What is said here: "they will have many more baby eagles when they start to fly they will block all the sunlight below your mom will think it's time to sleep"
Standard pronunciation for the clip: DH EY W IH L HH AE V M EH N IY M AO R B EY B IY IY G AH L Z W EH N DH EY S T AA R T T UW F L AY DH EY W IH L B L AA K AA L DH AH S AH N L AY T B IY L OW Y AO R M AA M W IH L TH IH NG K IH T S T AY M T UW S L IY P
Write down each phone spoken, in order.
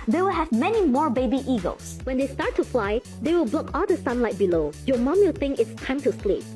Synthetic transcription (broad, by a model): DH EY W IH L HH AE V M EH N IY M AO R B EY B IY IY G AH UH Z W EH N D EY S T AA R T T UW F L AY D EY W IH L B L AA K AA L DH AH S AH N L AY T B IY L OW Y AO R M AA M W IH L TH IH NG IH T S T AY M T UW S L IY P